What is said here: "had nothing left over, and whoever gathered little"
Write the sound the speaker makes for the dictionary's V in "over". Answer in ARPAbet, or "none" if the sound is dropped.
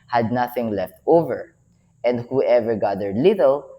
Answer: V